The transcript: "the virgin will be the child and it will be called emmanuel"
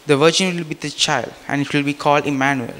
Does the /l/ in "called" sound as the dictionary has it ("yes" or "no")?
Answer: yes